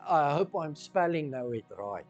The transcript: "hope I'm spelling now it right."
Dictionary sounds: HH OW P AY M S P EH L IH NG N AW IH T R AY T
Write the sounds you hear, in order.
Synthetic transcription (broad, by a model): HH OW P AY M S P EH L IH NG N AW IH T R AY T